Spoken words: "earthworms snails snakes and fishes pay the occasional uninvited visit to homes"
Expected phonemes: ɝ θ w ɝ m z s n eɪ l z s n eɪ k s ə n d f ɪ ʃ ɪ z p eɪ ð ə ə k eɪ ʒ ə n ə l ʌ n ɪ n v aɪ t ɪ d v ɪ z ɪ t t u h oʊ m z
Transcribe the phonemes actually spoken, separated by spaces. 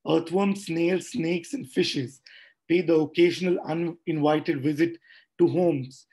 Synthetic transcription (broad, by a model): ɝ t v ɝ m s n eɪ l s n eɪ k s ə n d f ɪ ʃ ɪ z p eɪ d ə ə k eɪ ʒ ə n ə l ʌ n ɪ n v aɪ t ɪ d v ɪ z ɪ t t u h oʊ m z